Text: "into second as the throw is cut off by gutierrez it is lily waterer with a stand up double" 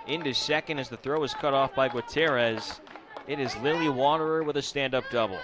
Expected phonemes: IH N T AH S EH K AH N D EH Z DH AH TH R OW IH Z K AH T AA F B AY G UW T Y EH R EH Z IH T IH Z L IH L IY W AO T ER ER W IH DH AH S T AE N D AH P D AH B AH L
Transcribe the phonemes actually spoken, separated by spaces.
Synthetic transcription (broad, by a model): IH N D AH S EH K AH N D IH Z DH AH TH R OW IH Z K AH T AA F B AY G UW T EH R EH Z IH T IH Z L IH L IY W AO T ER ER W IH DH AH S T AE N D AH P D AH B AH L